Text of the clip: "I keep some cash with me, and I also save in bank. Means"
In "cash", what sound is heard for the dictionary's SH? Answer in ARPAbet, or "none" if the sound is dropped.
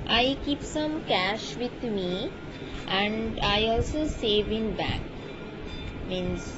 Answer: SH